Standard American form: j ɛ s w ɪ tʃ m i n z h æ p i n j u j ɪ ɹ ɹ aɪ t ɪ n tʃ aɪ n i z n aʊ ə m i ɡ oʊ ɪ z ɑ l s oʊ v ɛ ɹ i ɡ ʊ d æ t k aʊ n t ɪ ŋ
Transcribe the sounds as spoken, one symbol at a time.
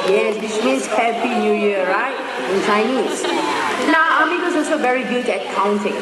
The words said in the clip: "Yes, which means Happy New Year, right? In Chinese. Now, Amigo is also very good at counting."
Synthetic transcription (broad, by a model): j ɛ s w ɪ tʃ m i n s h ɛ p i n j u j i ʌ ɹ aɪ t ɪ n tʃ aɪ n i s n aʊ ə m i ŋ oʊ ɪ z ɑ l s oʊ v ɛ ɹ i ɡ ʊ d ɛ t k aʊ n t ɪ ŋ